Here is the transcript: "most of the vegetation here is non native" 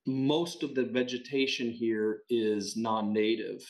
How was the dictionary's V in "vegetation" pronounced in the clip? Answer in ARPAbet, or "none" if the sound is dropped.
V